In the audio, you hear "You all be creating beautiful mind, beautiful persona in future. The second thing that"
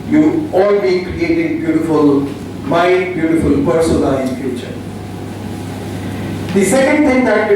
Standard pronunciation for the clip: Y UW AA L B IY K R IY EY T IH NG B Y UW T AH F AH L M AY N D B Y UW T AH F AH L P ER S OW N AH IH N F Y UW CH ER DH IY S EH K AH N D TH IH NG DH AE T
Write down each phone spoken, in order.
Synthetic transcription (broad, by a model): Y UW AA L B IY K R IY EY T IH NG B Y UW T AH F AH L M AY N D B Y UW T AH F AH L P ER S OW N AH IH N F Y UW CH ER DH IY S EH K AH N D T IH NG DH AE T